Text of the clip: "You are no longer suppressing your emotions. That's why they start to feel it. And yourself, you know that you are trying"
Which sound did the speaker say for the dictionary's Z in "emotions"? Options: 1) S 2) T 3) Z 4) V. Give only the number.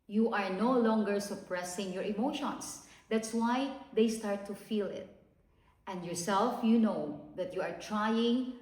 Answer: 1